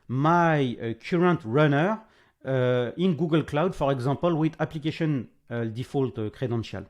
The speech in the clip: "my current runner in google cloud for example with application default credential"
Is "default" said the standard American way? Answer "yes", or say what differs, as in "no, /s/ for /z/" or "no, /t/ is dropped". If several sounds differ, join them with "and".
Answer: yes